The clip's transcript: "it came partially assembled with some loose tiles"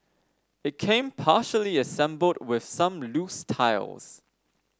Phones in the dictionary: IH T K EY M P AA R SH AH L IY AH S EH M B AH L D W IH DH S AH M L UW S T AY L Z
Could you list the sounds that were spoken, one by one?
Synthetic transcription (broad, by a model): IH T K EY M P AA SH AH L IY AH S EH M B AH L D W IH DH S AH M L UW S T AY L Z